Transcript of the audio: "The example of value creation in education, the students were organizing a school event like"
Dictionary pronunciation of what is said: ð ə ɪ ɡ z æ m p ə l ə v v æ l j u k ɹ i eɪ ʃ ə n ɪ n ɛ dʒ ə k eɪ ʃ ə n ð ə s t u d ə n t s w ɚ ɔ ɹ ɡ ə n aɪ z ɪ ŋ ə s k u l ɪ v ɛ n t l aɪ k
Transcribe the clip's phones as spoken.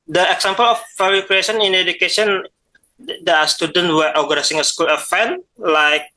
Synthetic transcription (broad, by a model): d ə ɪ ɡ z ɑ m p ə l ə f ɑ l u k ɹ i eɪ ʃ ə n ɪ n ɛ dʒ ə k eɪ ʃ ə n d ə s t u d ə n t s w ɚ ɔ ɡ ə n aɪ s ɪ ŋ ə s k u l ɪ f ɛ n l aɪ k